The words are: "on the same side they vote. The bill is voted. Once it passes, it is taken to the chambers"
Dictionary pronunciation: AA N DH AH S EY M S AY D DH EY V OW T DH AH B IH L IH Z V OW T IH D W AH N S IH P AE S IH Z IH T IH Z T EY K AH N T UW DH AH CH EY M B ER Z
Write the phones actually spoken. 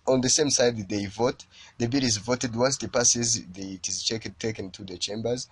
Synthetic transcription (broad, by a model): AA N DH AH S EY M S AY D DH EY V OW T DH AH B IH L IH Z V OW T IH D W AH N S IH P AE S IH Z IH T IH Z T EY K AH N T UW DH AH CH EY M B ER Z